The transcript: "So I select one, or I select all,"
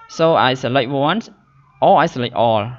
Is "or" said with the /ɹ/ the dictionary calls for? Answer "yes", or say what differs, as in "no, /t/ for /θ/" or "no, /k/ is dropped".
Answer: no, /l/ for /ɹ/